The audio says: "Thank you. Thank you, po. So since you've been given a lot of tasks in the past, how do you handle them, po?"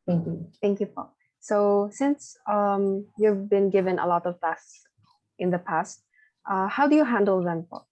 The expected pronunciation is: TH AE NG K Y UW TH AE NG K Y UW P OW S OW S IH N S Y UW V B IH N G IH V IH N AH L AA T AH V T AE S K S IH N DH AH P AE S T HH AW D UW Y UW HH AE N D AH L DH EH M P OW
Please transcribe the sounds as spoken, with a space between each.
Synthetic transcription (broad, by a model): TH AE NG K Y UW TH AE NG K Y UW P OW S OW S IH N S Y UW V B IH N G IH V IH N AH L AA T AH V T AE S S IH N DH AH P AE S T HH AW D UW Y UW HH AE N D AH L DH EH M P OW